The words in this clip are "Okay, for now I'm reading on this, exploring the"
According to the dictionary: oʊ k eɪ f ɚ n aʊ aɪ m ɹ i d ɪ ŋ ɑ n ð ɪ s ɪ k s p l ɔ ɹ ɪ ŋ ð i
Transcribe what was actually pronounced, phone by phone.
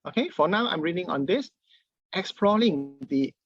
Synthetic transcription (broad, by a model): oʊ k eɪ f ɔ n aʊ aɪ m ɹ i d ɪ ŋ ɑ n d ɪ s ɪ k s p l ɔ l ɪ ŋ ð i